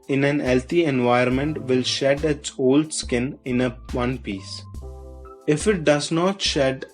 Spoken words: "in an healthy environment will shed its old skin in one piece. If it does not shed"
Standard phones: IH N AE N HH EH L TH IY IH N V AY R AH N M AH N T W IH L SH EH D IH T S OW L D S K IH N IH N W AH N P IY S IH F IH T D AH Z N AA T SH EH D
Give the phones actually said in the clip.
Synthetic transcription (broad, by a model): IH N AE N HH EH L T IY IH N V AY AH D M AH N T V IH L SH EH D IH T S OW L D S K IH N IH N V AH N P IY S IH F IH T D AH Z N AA T SH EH D